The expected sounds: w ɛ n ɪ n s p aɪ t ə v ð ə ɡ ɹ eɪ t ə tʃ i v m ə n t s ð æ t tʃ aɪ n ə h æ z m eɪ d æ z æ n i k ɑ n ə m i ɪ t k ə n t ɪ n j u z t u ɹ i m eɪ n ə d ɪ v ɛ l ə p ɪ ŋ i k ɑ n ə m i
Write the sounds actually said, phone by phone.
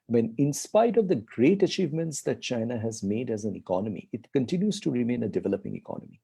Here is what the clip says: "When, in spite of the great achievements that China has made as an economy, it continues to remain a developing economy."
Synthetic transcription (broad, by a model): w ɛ n ɪ n s p aɪ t ə v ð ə ɡ ɹ eɪ t ə tʃ i v m ə n t s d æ t tʃ aɪ n ə h æ z m eɪ d æ z æ n i k ɑ n ə m i ɪ t k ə n t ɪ n j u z t u ɹ i m eɪ n ə d ɪ v ɛ l ə p ɪ ŋ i k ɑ n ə m i